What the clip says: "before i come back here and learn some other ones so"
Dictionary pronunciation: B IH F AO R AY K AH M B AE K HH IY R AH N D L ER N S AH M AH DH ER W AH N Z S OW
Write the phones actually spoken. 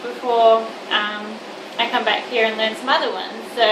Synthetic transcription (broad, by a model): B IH F AO R AY K AH M B AE K HH IY R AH N L ER N S AH M AH DH ER W AH N Z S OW